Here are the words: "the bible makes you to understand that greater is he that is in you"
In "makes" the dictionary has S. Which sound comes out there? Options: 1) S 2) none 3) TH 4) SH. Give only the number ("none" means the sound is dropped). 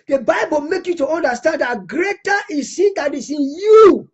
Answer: 2